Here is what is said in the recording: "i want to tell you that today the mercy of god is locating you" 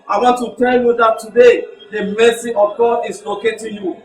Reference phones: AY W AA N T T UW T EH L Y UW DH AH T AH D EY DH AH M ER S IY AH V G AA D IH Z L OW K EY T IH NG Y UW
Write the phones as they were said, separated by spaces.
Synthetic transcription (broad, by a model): AY W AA N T T UW T EH L Y UW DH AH T AH D EY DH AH M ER S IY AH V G AA IH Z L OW K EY T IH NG Y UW